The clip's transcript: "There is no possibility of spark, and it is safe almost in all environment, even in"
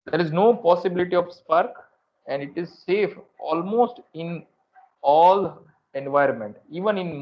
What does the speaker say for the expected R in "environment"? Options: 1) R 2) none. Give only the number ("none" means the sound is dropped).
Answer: 1